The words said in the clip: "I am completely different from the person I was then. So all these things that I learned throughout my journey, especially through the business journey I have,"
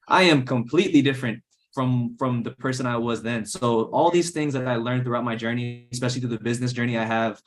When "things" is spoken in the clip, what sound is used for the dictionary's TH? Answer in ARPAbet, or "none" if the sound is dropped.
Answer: TH